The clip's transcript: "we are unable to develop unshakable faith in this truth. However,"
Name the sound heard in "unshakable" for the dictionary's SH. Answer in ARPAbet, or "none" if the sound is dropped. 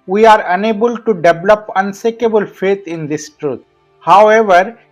S